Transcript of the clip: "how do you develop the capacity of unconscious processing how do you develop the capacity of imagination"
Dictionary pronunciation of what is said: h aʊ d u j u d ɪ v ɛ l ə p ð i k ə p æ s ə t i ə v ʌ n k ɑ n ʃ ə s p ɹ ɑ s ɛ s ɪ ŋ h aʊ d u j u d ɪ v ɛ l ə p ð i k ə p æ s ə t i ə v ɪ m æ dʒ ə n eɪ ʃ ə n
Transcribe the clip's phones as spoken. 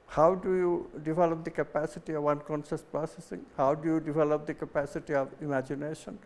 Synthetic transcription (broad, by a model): h aʊ d u j u d ɪ v ɛ l ə p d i k ə p æ s ə t i ə v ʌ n k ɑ n s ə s p ɹ ɑ s ɛ s ɪ ŋ h aʊ d u j u d ɪ v ɛ l ə p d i k ə p æ s ə t i ə v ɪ m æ dʒ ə n eɪ ʃ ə n